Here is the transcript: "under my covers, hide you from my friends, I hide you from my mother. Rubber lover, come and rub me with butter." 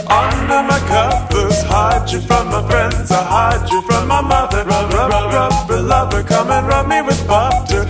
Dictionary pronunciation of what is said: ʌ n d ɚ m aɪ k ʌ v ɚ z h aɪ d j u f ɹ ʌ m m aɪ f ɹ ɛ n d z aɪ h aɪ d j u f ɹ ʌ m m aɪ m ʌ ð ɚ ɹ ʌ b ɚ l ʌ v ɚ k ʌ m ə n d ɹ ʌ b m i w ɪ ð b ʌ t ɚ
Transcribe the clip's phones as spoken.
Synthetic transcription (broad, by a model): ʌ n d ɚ m aɪ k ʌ p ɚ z h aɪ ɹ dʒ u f ɹ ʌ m m aɪ f ɹ ɛ n d z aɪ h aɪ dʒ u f ɹ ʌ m m aɪ m ʌ ð ɚ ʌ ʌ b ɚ l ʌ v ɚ k ʌ m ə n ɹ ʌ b m i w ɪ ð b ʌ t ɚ